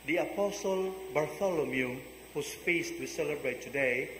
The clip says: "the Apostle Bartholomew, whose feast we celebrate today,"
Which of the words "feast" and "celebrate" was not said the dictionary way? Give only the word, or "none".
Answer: none